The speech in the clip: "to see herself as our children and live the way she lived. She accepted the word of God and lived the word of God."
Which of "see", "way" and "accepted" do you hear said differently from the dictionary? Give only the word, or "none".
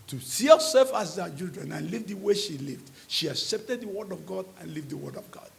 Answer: none